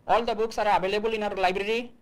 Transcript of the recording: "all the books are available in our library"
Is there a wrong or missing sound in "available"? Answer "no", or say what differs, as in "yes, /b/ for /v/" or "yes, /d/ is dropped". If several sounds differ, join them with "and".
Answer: yes, /b/ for /v/